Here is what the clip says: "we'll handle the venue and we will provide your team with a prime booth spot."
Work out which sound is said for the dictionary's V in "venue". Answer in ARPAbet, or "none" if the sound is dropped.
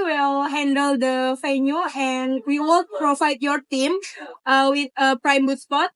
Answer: F